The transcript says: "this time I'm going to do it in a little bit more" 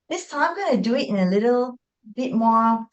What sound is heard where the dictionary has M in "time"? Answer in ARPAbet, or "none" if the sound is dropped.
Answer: none